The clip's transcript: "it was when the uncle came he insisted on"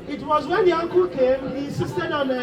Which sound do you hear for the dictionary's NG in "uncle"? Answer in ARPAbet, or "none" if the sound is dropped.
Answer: NG